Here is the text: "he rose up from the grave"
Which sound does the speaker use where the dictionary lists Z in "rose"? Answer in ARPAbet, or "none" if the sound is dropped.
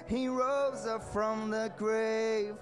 Z